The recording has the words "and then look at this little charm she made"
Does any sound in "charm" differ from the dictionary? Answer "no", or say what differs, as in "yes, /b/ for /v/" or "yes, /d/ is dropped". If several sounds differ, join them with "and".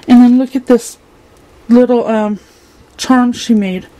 no